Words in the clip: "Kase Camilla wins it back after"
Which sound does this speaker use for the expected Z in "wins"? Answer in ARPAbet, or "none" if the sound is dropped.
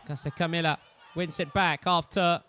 S